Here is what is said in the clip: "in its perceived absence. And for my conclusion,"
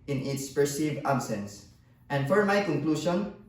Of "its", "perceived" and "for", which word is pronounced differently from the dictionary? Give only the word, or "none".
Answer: none